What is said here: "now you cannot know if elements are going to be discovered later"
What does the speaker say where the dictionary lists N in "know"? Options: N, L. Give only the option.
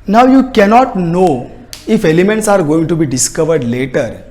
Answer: N